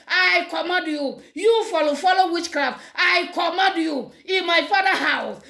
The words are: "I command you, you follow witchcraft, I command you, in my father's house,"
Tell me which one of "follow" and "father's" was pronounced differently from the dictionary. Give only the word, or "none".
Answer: father's